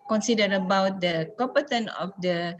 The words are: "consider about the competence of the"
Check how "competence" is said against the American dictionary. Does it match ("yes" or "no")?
no